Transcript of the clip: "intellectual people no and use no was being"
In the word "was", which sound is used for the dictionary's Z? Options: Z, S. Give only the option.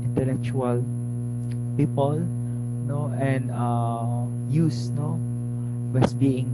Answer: S